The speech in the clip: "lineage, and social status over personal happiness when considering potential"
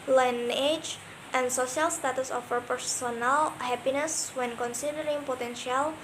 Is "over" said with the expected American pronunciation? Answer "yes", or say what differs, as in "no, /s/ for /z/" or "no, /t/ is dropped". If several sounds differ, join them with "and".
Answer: no, /f/ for /v/